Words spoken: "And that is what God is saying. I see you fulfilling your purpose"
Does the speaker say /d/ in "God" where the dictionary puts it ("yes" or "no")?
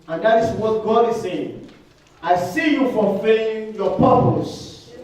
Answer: yes